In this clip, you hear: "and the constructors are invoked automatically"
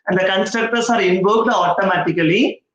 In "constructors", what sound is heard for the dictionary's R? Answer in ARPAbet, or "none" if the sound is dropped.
none